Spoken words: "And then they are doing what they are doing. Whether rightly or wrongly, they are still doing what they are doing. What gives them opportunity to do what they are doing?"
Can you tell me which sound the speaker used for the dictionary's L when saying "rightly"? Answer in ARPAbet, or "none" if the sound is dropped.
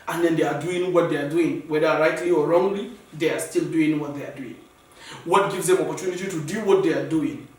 L